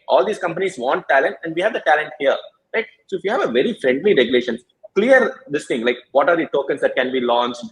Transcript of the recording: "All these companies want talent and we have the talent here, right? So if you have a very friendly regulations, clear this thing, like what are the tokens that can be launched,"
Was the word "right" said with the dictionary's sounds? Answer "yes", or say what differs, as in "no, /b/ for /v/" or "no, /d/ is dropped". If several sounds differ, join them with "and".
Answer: no, /l/ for /ɹ/